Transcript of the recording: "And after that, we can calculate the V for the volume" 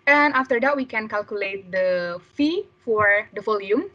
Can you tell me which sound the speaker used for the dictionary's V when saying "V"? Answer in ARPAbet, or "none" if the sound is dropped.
F